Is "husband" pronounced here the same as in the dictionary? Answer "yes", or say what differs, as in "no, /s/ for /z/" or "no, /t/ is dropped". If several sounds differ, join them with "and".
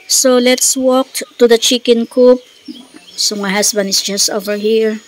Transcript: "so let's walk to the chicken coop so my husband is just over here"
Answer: no, /s/ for /z/